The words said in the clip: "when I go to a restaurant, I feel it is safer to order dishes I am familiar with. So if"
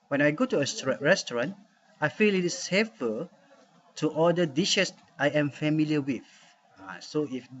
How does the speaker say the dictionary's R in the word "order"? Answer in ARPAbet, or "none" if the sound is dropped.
L